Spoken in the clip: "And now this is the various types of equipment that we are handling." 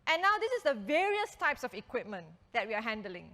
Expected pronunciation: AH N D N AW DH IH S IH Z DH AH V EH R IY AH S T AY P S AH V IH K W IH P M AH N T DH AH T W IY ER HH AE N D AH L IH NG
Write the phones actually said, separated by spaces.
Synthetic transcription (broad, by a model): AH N N AW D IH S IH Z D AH V EH R IY AH S T AY P S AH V IH K W IH P M AH N T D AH T W IY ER HH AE N D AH L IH NG